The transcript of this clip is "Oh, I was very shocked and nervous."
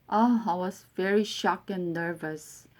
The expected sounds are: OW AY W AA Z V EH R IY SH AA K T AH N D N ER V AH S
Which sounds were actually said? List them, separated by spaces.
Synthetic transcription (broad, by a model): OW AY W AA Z V EH R IY SH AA K AH N D N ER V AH S